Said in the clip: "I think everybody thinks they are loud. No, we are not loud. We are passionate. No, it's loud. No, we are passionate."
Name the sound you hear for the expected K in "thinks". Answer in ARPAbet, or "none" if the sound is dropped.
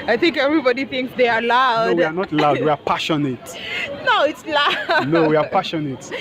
K